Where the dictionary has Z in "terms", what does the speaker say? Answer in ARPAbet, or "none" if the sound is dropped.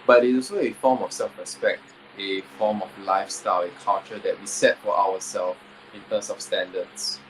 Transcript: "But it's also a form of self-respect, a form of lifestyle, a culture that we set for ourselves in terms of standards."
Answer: S